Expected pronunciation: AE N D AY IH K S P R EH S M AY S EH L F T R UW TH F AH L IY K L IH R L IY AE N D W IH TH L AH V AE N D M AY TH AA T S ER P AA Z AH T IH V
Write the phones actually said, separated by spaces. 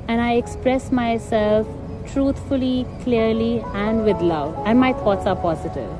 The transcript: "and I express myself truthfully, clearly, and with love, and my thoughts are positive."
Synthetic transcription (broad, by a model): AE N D AY IH K S P R EH S M AY S EH L F T R UW T F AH L IY K L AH R L IY AE N D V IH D L AH V AE N D M AY T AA T S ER P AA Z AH T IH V